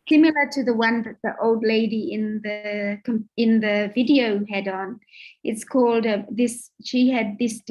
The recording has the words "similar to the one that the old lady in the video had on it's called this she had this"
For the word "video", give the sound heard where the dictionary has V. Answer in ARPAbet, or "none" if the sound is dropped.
V